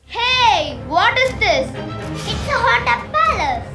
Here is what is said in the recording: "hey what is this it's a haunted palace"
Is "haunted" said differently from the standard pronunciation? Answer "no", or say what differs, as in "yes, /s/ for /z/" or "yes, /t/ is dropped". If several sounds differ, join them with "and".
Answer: yes, /n/ is dropped